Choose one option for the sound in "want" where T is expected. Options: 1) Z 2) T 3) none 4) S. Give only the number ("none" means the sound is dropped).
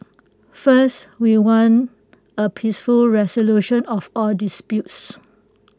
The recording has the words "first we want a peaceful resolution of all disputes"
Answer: 3